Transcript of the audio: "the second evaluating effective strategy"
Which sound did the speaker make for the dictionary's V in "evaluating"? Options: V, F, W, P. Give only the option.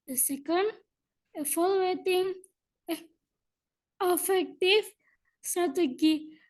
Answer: F